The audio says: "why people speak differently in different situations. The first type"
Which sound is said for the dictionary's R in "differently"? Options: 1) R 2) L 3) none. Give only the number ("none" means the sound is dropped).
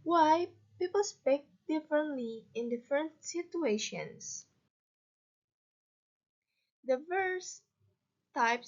1